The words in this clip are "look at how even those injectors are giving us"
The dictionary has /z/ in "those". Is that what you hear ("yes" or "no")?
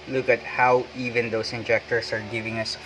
no